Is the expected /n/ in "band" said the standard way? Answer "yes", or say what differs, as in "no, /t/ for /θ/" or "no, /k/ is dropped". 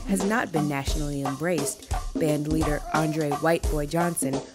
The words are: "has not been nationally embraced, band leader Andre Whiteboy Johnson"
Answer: yes